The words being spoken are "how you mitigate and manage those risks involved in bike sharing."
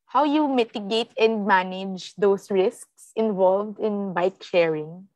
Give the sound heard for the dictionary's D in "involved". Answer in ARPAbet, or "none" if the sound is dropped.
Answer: D